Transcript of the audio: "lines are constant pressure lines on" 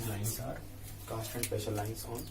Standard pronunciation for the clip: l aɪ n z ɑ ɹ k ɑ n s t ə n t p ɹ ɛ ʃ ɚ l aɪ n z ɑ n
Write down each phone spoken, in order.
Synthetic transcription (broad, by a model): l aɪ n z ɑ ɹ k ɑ s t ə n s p ɛ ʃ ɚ l aɪ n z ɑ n